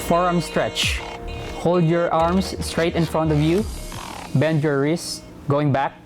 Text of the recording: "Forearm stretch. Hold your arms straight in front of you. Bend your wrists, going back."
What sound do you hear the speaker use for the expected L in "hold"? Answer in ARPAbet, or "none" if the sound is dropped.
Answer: L